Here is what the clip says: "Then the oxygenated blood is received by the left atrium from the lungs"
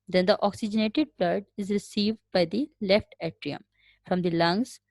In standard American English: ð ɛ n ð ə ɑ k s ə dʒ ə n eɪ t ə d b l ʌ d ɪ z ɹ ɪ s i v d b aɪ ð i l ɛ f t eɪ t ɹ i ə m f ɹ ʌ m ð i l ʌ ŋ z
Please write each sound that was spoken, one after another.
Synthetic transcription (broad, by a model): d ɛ n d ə ɑ k s ə dʒ ə n eɪ t ə d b l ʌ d ɪ z ɹ ɪ s i v d b aɪ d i l ɛ f t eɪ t ɹ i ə m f ɹ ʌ m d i l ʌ ŋ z